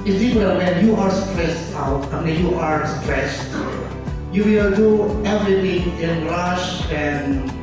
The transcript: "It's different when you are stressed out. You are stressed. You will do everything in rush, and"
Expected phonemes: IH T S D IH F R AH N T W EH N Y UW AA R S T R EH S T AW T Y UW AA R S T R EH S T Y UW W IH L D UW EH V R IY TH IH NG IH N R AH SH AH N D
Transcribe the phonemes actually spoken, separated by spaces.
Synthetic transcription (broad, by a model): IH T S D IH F AH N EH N Y UW AA R S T R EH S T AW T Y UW AA R S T R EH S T Y UW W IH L D UW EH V R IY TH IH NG IH N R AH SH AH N